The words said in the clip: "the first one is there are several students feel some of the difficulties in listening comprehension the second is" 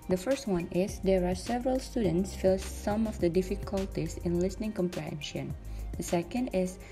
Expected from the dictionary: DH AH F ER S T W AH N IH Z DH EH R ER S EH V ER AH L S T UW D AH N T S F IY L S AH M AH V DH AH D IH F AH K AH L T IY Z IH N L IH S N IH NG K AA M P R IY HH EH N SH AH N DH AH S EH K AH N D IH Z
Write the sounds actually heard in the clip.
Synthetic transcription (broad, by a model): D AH F ER S T W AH N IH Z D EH R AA S EH V ER AH L S T UW D AH N T S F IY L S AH M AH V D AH D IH F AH K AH L T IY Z IH N L IH S N IH NG K AA M P R IY HH EH N SH AH N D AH S EH K AH N D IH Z